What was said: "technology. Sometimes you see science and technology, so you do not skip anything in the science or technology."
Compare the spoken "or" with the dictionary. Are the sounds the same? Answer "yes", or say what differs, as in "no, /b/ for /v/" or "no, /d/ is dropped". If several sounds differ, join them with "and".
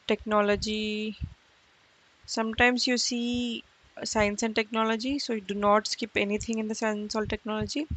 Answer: no, /l/ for /ɹ/